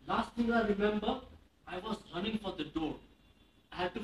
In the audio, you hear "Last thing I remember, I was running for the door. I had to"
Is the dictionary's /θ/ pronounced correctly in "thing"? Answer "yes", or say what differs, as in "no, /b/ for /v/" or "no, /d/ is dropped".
no, /t/ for /θ/